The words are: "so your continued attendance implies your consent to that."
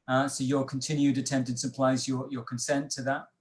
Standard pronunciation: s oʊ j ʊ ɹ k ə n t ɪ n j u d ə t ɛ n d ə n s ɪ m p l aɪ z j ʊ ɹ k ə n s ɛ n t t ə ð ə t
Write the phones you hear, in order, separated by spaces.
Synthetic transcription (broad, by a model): s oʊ j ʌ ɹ k ə n t ɪ n j u d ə t ɛ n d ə n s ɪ p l aɪ z j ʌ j k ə n s ɛ n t t ə ð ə t